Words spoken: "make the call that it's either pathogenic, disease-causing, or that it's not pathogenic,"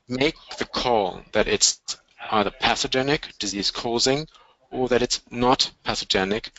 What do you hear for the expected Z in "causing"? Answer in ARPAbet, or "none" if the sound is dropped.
Z